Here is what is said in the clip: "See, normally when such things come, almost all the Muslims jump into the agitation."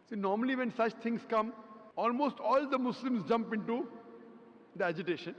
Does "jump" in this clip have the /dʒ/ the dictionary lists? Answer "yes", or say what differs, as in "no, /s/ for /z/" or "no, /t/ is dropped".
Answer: yes